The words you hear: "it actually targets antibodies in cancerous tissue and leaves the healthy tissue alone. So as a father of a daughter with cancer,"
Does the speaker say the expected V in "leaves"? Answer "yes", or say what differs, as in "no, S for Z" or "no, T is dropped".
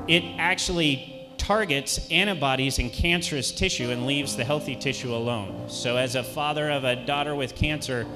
yes